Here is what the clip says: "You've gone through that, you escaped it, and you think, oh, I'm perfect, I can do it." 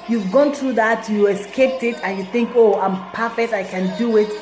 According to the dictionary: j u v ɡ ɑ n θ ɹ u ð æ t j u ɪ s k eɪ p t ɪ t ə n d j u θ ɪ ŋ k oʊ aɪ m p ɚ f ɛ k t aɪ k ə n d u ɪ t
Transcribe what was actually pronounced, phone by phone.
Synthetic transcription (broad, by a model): j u v ɡ ɑ n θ ɹ u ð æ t j u ɪ s k eɪ p t ɪ t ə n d j u θ ɪ ŋ k oʊ aɪ m p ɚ f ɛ k t aɪ k ə n d u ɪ t